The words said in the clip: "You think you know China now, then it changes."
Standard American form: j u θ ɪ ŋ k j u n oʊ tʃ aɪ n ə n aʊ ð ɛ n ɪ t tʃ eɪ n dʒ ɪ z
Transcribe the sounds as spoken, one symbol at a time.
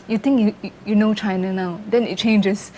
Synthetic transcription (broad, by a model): j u t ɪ ŋ k j u n oʊ tʃ aɪ n ə n aʊ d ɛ n ɪ t tʃ eɪ n dʒ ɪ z